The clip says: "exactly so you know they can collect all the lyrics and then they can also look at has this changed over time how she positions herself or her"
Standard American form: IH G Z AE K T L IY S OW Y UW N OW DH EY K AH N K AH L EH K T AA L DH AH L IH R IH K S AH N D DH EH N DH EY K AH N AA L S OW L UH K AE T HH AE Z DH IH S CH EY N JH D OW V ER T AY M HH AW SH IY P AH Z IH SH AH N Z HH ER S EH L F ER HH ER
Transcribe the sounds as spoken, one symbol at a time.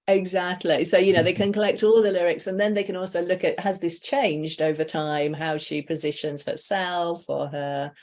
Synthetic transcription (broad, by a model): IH G Z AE K T L IY S OW Y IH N OW DH EY K AH N K AH L EH K T AA L DH AH L IH R IH K S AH N DH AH N DH EY K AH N AA L S OW L UH K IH T HH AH Z DH IH S CH EY N JH D OW V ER T AY M HH AW SH IY P AH Z IH SH AH N Z HH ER S EH L F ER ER